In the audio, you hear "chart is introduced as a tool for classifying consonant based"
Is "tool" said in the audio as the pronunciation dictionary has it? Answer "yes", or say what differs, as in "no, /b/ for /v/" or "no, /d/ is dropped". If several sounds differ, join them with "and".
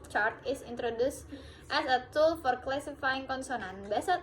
yes